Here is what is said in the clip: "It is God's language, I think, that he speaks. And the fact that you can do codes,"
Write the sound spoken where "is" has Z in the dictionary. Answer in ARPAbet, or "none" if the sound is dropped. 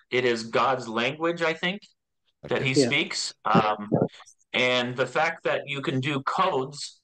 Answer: Z